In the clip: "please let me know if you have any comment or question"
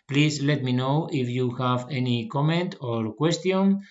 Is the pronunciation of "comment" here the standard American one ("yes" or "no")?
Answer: yes